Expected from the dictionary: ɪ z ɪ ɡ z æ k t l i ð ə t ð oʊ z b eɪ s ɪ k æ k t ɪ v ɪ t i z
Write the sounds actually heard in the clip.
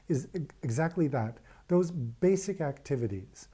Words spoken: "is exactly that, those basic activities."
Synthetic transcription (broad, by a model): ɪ z ɪ ɡ z æ k t l i ð ə t ð oʊ z b eɪ s ɪ k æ k t ɪ v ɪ t i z